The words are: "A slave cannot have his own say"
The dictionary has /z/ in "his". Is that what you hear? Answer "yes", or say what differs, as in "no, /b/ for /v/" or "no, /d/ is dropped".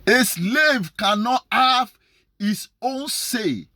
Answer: no, /s/ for /z/